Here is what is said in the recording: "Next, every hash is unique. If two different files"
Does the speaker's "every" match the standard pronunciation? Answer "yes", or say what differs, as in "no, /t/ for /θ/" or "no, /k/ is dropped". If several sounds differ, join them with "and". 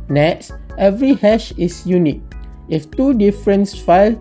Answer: yes